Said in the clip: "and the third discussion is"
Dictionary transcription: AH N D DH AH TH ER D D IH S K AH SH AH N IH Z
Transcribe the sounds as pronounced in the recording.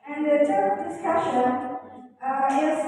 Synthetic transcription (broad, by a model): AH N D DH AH T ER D D IH S K AH SH AH N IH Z